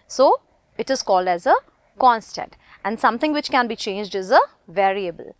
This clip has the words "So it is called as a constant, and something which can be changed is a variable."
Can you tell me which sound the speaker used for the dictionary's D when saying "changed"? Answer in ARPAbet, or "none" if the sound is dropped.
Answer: D